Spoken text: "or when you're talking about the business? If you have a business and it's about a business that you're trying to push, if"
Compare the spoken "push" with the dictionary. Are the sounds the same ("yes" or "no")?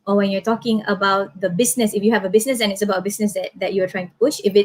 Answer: yes